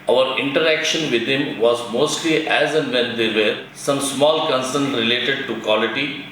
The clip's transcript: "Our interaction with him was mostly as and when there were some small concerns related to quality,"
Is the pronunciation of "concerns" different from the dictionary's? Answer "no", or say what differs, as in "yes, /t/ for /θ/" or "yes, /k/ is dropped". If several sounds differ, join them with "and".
yes, /z/ is dropped